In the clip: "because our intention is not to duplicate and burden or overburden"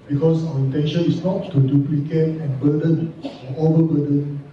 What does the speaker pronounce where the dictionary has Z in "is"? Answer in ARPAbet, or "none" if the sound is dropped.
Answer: S